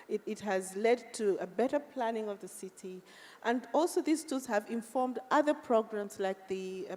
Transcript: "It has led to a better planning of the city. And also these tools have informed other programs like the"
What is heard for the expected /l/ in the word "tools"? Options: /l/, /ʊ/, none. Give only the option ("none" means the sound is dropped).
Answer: none